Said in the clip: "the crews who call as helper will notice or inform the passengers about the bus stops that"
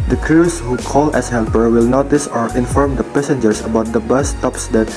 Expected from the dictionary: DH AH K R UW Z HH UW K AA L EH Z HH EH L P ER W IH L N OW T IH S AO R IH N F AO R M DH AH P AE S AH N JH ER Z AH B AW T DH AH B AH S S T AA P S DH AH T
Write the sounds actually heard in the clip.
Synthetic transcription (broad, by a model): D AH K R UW S HH UW K AA L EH S HH EH L P ER W IH L N OW T IH S AO R IH N F AO R M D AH P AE S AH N JH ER S AH B AW T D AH B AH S S T AA P S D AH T